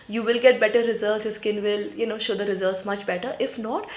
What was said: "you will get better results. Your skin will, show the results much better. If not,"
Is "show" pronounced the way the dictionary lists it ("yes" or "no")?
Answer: yes